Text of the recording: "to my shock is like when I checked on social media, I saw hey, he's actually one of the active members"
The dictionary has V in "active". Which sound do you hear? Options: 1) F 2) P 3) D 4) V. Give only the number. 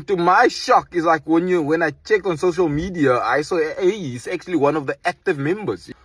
4